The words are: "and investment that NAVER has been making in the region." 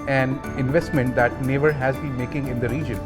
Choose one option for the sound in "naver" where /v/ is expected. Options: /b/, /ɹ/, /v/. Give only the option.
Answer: /v/